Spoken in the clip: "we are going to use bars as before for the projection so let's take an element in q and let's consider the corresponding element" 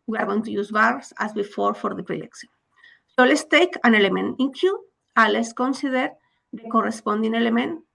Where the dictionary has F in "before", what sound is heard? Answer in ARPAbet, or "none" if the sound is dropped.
F